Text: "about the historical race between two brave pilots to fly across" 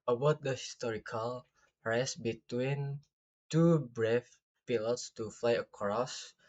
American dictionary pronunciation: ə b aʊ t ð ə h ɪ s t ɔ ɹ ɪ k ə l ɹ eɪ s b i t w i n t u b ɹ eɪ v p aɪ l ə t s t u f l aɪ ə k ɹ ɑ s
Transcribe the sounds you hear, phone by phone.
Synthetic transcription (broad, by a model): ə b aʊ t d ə h ɪ s t ɔ ɹ ɪ k ə l ɹ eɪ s b i t w i n t u b ɹ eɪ f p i l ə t s t u f l aɪ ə k ɹ ɑ s